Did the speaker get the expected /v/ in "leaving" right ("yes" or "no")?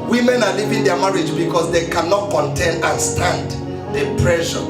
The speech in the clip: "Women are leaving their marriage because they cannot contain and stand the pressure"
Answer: no